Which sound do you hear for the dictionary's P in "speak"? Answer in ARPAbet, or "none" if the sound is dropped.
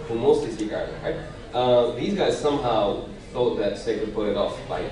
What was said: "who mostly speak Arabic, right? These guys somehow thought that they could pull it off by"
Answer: none